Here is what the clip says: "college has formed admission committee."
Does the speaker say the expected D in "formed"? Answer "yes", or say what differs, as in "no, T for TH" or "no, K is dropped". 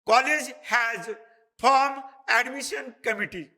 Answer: no, D is dropped